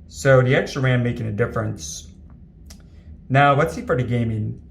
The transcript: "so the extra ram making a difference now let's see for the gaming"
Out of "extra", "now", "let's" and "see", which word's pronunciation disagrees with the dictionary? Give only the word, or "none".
let's